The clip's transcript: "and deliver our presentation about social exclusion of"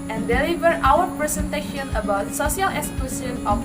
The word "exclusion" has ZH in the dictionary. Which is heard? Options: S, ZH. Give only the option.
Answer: S